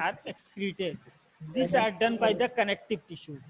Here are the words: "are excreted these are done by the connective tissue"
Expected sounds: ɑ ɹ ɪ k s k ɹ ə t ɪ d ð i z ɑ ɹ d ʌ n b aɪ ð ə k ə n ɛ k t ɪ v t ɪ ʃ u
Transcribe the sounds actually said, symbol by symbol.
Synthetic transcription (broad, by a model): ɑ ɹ ɪ k s k ɹ ə t ɪ d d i s ɑ ɹ d ʌ n b aɪ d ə k ə n ɛ k t ɪ v t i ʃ u